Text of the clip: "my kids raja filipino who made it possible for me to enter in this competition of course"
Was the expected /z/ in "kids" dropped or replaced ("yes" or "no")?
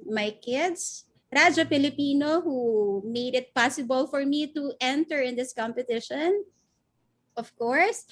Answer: yes